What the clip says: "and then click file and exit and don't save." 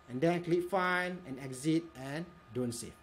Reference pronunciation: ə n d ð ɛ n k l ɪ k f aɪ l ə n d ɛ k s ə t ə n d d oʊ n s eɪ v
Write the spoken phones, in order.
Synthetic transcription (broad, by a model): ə n d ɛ n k l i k f aɪ n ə n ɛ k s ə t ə n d d oʊ n s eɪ